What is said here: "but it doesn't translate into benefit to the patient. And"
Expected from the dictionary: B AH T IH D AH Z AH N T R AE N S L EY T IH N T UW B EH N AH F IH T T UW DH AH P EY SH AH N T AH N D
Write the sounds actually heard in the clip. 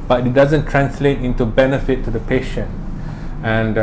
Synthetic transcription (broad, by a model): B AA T IH D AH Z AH N T R AE N S L EY T IH N T UW B EH N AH F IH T T UW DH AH P EY SH AH N T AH N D